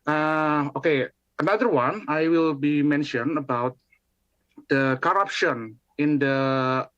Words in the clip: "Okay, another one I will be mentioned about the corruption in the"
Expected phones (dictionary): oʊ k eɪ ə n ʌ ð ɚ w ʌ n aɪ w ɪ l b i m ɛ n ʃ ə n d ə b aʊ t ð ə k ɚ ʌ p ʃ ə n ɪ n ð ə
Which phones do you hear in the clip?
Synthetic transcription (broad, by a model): oʊ k eɪ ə n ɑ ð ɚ w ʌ n aɪ w ɪ l b i m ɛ n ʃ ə n ə b aʊ t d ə k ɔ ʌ p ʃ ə n ɪ n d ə